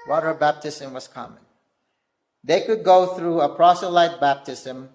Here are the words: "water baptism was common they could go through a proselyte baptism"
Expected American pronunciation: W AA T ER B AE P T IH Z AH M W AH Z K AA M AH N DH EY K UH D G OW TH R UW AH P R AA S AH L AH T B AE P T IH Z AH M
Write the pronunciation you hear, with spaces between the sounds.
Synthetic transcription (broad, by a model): W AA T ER B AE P T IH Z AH M W AH Z K AA M AH N DH EY K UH D G OW TH R UW AH P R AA S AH L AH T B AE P T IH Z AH M